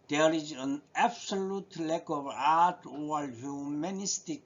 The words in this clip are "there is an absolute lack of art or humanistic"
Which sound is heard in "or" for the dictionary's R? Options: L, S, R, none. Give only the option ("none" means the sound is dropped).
L